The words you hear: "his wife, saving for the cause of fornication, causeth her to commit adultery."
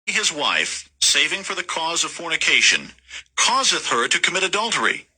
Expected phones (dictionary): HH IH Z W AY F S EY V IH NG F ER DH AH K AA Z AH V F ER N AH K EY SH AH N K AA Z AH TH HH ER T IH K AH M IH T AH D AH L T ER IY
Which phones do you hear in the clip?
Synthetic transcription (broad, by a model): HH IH Z W AY F S EY V IH NG F ER DH AH K AA Z AH V F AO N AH K EY SH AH N K AA Z AH TH HH ER T IH K AH M IH T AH D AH L T ER IY